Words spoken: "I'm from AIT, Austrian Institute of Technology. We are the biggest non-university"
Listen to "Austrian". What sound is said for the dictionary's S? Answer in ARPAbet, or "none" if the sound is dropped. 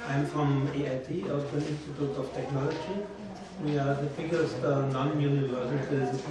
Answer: none